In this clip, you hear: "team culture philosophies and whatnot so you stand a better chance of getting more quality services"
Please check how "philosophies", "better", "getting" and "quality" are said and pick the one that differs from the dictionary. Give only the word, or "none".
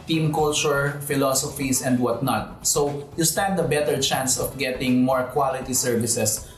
philosophies